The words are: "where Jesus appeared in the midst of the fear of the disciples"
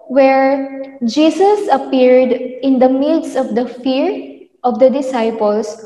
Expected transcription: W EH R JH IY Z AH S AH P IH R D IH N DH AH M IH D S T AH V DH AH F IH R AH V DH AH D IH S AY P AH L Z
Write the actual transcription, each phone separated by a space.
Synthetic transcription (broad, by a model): W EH R JH IY S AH S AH P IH R D IH N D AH M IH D S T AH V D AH F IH R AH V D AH D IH S AY P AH L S